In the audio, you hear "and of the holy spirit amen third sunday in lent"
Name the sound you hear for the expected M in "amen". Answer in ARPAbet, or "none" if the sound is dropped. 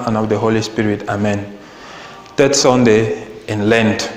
M